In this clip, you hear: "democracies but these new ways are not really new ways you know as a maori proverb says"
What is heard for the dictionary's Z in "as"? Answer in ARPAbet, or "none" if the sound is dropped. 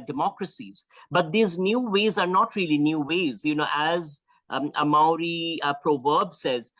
Z